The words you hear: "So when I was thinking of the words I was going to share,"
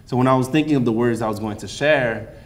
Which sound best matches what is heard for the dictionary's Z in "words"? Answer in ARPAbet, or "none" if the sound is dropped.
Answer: Z